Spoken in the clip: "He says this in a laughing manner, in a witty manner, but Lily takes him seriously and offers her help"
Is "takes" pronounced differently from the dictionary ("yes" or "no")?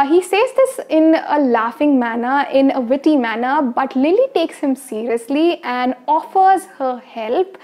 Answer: no